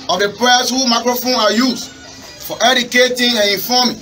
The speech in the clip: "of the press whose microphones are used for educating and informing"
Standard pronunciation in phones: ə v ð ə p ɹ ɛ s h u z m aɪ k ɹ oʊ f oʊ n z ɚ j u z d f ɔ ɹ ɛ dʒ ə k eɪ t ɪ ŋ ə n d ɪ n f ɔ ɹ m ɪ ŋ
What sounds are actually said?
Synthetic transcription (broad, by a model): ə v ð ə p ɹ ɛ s h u m aɪ k ɹ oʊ f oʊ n ɑ j u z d f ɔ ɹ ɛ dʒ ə k eɪ t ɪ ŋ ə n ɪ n f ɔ m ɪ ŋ